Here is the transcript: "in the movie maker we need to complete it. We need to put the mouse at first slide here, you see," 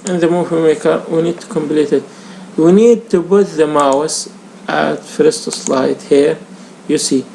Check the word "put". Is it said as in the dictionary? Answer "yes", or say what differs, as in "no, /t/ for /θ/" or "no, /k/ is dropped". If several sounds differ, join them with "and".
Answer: no, /b/ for /p/